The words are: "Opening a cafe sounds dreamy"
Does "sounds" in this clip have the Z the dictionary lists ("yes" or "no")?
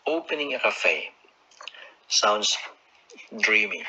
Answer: no